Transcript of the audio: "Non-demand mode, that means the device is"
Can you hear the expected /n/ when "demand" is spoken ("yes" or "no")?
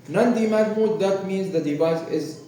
no